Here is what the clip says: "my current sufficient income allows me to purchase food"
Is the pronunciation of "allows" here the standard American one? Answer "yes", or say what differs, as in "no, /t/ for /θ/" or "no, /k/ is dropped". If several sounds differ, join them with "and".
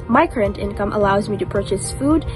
yes